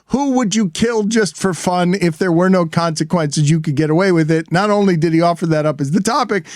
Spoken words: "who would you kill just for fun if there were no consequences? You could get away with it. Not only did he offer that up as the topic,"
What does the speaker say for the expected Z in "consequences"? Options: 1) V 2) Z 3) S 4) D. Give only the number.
2